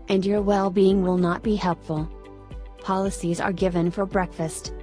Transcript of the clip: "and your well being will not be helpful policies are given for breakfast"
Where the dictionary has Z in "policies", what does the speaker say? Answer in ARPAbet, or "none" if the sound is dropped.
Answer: Z